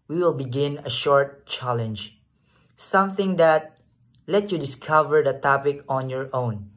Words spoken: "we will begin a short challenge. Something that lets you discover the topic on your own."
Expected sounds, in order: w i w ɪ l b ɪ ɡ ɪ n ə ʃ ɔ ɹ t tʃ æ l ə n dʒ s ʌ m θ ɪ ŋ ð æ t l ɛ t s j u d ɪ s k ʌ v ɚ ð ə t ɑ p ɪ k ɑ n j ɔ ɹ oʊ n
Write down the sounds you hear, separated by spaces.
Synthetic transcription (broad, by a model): w i w ɪ l b ɪ ɡ ɪ n ə ʃ ɔ ɹ t tʃ æ l ə n dʒ s ʌ m θ ɪ ŋ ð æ t l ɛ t j u d ɪ s k ʌ v ɚ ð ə t ɑ p ɪ k ɑ n j ɔ ɹ oʊ n